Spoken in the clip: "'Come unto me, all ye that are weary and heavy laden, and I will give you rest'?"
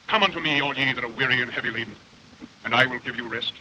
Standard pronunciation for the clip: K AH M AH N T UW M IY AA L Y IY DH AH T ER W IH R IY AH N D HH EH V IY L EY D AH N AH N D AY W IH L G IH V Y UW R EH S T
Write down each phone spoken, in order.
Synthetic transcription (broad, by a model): K AH M AH N T UW M IY AA L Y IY DH AH T ER W IH R IY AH N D HH EH V IY L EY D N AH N AY W IH L G IH V Y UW R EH S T